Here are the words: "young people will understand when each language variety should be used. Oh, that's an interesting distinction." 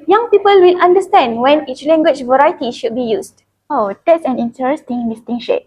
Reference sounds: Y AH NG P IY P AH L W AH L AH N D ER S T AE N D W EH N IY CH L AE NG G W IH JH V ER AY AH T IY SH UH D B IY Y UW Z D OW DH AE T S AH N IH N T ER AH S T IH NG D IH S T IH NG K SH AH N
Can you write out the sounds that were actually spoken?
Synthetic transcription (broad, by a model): Y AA NG P IY P AH L W AH L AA N D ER S T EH N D W EH N IY CH L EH NG G W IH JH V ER AY T IY SH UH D B IY Y UW S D OW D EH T S AH N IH N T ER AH S T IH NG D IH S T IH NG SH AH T